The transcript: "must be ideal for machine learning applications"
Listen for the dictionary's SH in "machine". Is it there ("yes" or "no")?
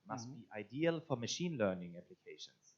yes